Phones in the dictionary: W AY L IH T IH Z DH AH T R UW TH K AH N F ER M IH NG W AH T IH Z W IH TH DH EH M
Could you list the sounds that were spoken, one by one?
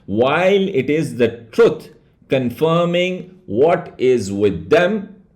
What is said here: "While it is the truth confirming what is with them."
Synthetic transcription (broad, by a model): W AY L IH T IH Z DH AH T R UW T K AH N F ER M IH NG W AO T IH Z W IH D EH M